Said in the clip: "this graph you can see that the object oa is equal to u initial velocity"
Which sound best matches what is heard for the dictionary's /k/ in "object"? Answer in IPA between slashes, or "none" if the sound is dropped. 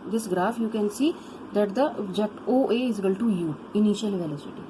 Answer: none